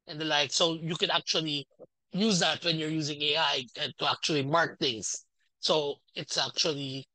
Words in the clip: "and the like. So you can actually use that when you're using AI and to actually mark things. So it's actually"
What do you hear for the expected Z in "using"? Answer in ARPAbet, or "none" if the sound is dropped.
Z